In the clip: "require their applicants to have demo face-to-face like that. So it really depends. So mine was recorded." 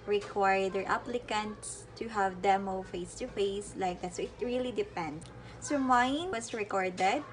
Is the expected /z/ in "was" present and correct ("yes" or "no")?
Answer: no